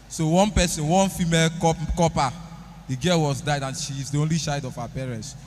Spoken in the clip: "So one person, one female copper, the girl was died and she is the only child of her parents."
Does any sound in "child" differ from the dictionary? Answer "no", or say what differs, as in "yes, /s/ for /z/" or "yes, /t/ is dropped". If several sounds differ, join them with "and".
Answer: yes, /ʃ/ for /tʃ/ and /l/ is dropped